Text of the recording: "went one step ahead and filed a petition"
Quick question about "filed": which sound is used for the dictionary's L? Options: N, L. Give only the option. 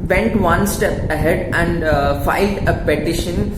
L